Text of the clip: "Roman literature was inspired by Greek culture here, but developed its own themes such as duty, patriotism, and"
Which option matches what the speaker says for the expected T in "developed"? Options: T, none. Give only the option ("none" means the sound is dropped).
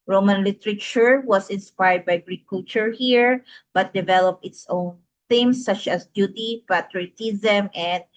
none